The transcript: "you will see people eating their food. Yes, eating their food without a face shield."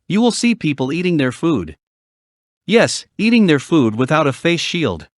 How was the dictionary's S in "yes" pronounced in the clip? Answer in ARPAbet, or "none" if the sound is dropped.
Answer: S